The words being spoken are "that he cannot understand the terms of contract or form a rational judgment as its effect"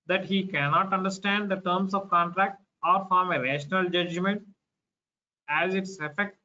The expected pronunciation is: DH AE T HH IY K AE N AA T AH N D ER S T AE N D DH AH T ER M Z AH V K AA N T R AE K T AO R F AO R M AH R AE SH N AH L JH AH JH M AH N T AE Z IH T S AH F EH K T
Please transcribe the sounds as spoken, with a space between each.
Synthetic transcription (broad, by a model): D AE T HH IY K AE N AA T AH N D ER S T AE N D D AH T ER M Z AH V K AA N T R AE K T AO R F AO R M AH R AE SH N AH L JH AH JH M AH N T AE Z IH T S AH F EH K T